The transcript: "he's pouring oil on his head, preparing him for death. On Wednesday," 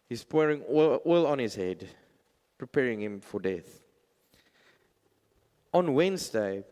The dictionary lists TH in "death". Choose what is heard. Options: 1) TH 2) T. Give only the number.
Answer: 1